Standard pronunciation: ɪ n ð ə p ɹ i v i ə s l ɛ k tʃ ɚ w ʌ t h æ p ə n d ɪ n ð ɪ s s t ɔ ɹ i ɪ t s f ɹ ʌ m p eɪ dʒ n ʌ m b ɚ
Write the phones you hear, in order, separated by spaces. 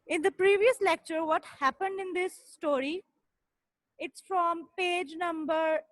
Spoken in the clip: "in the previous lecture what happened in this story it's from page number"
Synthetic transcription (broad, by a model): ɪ n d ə p ɹ i v i ə s l ɛ k tʃ ɚ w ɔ t h æ p ə n d ɪ n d ɪ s s t ɔ ɹ i ɪ t s f ɹ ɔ m p eɪ dʒ n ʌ m b ɚ